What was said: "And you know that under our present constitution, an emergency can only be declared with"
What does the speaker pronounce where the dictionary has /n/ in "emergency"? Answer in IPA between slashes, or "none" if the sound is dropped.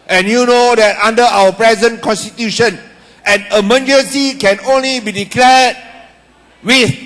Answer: none